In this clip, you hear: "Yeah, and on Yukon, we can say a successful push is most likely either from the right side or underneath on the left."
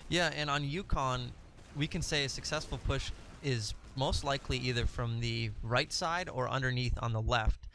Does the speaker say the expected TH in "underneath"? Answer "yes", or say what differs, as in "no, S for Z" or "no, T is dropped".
yes